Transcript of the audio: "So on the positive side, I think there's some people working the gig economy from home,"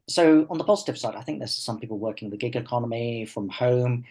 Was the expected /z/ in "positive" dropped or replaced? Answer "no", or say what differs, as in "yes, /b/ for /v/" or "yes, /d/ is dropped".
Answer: no